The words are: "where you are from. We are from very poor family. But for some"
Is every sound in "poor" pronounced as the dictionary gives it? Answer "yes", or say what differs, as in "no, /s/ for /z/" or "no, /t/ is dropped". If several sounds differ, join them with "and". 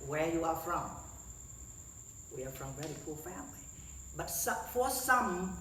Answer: no, /l/ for /ɹ/